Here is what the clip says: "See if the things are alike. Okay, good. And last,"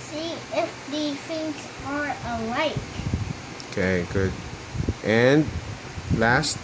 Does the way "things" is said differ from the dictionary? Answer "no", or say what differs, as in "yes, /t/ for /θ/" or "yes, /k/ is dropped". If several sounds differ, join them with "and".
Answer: yes, /f/ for /θ/